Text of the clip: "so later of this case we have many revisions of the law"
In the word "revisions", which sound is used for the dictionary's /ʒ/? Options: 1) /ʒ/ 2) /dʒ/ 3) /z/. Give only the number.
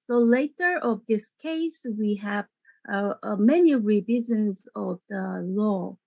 3